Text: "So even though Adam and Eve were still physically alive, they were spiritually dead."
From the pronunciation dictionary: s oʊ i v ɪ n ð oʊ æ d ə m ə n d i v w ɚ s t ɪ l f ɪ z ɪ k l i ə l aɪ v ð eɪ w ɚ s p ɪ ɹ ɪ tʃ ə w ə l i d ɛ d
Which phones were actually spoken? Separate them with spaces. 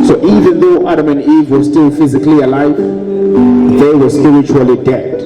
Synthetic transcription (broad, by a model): s oʊ i v ɪ n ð oʊ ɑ d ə m ə n d i v w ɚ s t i l f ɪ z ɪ k l i ə l aɪ v ð eɪ w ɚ s p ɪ ɹ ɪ tʃ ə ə l i d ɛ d